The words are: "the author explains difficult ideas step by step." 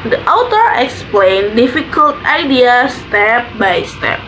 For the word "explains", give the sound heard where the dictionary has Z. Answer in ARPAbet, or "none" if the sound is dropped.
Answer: none